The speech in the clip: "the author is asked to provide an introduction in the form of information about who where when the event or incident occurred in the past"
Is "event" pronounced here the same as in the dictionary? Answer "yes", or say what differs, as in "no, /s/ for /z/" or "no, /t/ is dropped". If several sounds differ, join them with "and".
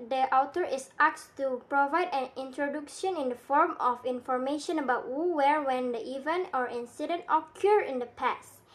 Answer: no, /t/ is dropped